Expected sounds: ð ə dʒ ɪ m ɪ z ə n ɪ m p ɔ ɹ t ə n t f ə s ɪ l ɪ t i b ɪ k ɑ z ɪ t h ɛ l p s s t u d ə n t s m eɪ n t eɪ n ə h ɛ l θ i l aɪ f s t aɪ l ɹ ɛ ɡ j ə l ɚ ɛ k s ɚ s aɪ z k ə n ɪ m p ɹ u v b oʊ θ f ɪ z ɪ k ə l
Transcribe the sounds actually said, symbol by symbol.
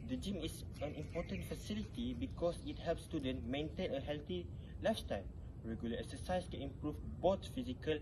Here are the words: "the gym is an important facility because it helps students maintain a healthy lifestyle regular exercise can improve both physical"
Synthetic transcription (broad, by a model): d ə dʒ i m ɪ s ə n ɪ m p ɔ t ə n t f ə s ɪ l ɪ t i b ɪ k ɑ s ɪ t h ɛ l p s s t u d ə n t m eɪ n t eɪ n ə h ɛ l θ i l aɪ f t aɪ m ɹ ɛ ɡ j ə l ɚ ɛ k s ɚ s aɪ s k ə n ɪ m p ɹ u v b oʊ t f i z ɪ k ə l